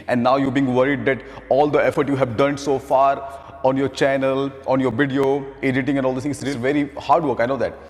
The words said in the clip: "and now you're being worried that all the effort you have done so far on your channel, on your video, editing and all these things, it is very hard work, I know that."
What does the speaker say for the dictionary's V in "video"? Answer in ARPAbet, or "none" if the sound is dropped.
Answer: V